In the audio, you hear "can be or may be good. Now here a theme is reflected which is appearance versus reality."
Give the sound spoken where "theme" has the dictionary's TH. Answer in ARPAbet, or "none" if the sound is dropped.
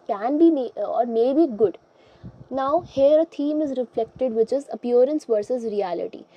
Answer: T